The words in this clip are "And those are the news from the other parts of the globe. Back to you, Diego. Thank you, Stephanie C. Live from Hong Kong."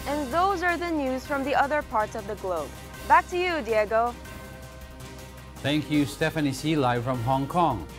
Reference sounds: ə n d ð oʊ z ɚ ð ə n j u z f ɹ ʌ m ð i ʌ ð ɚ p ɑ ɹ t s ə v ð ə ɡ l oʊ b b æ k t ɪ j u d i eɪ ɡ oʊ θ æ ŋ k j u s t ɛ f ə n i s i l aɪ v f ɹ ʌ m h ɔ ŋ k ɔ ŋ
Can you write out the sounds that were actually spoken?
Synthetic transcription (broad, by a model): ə n ð oʊ z ɚ ð ə n j u z f ɹ ʌ m ð i ʌ ð ɚ p ɑ ɹ t s ə v ð ə ɡ l oʊ b b æ k t ɪ j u d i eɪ ɡ oʊ θ æ ŋ k j u s t ɛ f ə n i s i l aɪ f ɹ ʌ m h ɔ ŋ k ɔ ŋ